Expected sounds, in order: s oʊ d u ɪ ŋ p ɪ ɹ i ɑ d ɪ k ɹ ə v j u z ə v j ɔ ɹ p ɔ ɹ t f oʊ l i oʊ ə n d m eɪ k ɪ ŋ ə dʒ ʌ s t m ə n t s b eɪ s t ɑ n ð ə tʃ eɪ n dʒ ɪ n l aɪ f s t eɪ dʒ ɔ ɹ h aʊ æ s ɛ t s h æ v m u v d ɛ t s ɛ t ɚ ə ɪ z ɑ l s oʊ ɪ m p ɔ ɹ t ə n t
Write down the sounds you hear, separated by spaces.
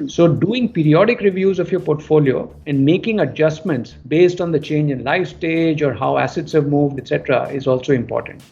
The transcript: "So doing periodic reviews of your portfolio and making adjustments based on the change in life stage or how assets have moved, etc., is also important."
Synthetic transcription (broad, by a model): s oʊ d u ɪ ŋ p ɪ ɹ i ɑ d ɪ k ɹ ə v j u z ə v j ɔ ɹ p ɔ ɹ t f oʊ l i oʊ ə n d m eɪ k ɪ ŋ ə dʒ ʌ s t m ə n t s b eɪ s t ɑ n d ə tʃ eɪ n dʒ ɪ n l aɪ f s t eɪ dʒ ɔ ɹ h aʊ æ s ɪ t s h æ v m u v d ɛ t s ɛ t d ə ɪ z ɑ l s oʊ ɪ m p ɔ ɹ t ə n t